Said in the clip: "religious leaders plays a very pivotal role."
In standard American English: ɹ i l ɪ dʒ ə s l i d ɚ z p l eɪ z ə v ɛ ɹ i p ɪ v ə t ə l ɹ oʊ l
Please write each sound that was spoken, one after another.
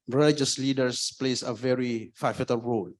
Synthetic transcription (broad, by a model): ɹ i l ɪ dʒ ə s l i d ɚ s p l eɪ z ə v ɛ ɹ i f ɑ f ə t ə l ɹ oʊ l